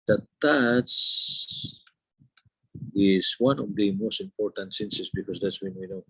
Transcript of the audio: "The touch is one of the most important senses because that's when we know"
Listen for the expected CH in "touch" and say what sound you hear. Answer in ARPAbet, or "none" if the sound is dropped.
S